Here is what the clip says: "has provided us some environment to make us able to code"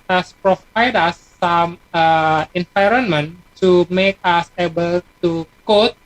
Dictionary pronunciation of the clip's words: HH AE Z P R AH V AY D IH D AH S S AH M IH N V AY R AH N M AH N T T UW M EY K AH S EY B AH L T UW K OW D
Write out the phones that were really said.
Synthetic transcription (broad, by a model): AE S P R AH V AY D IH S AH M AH IH N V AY R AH N M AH N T T UW M EY K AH S EY B AH L T UW K OW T